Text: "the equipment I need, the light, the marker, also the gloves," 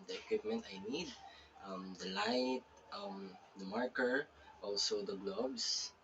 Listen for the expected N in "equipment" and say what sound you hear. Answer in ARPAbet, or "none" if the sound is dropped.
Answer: N